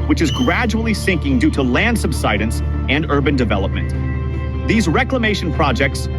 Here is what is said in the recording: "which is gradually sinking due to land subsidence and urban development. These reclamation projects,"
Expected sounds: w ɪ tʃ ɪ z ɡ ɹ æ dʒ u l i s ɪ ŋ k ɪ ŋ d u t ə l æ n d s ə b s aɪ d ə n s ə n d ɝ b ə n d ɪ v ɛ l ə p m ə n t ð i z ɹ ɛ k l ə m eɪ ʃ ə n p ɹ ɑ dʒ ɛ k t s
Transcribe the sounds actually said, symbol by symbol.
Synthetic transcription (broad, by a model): w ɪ tʃ ɪ z ɡ ɹ æ dʒ u l i s ɪ ŋ k ɪ ŋ d u t ə l æ n d s ə b s aɪ d ə n s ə n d ɝ b ə n d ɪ v ɛ l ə p m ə n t ð i z ɹ ɛ k l ə m eɪ ʃ ə n p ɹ ɑ dʒ ɛ k t s